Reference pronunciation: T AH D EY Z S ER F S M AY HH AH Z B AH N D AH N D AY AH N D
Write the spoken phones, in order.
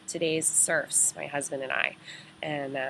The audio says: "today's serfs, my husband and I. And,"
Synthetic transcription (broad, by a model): T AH D EY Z S ER F S M AY HH AH Z B AH N D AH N AY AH N